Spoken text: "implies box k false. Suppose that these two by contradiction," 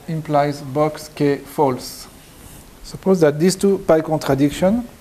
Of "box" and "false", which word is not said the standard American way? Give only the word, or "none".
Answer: none